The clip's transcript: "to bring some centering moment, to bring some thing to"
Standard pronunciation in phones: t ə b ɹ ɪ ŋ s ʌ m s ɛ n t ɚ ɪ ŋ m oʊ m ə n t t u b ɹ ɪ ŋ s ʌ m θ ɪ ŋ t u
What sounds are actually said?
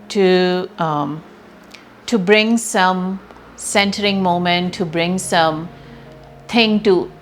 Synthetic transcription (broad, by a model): t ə b ɹ ɪ ŋ s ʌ m s ɛ n t ɚ ɪ ŋ m oʊ m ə n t t u b ɹ ɪ ŋ s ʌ m t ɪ ŋ t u